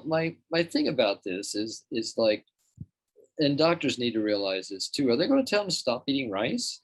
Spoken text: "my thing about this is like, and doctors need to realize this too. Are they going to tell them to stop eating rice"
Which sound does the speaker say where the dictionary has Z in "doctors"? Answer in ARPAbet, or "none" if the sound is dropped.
Z